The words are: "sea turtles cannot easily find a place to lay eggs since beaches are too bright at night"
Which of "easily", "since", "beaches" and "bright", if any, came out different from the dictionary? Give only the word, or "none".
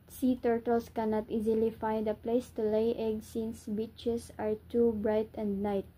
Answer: beaches